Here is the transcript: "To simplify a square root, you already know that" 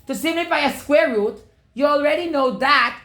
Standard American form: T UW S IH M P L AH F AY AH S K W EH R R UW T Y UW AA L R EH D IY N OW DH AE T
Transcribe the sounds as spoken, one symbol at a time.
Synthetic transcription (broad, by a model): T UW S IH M L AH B AY AH S K W EH R R UW T Y UW AA L R EH D IY N OW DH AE T